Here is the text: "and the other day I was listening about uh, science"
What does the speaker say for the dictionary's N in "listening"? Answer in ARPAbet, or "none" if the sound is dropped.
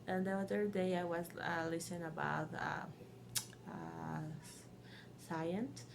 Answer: none